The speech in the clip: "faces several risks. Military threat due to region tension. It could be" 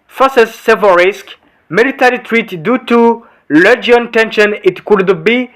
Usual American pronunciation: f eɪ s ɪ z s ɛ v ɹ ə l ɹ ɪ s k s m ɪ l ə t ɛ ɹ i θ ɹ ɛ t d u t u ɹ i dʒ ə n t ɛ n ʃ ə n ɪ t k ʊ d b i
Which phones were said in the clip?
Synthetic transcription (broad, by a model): f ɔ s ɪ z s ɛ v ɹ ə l ɹ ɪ s k m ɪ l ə t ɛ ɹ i t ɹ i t d u t u l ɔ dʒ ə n t ɛ n ʃ ə n ɪ t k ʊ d b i